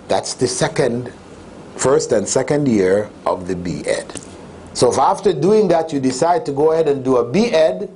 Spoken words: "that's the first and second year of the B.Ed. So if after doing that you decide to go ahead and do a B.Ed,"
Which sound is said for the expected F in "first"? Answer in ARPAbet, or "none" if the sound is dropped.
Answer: F